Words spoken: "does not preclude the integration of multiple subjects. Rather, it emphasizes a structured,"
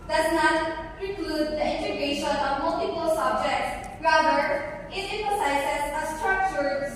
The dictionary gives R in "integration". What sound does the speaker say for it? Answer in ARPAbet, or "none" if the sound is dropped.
none